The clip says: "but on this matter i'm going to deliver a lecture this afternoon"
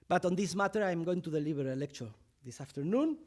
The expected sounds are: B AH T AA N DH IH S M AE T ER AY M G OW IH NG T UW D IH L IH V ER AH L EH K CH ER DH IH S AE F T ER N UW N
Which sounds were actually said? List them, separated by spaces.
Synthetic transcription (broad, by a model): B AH T AA N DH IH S M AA T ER AY M G OW IH NG T UW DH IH L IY B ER AH L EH K CH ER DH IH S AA F T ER N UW N